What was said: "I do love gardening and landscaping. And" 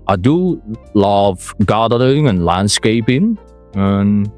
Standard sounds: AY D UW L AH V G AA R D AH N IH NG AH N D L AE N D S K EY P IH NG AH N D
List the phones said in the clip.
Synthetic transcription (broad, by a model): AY D UW L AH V G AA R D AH IH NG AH N L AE N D S K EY P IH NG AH N